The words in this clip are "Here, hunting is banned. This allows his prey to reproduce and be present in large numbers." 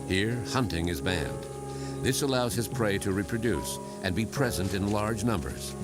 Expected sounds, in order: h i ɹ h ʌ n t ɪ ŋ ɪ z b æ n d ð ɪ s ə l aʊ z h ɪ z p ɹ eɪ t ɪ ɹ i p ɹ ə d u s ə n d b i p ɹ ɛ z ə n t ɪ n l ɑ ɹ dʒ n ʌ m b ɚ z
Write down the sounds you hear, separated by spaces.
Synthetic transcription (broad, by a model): h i ɹ h ʌ n t ɪ ŋ ɪ z b æ n d ð ɪ s ə l aʊ z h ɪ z p ɹ eɪ t ɪ ɹ i p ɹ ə d u s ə n b i p ɹ ɛ z ə n t ɪ n l ɑ ɹ dʒ n ʌ m b ɚ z